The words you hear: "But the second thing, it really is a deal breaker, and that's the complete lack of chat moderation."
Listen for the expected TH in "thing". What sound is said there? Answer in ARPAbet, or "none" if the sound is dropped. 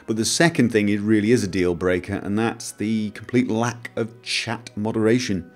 TH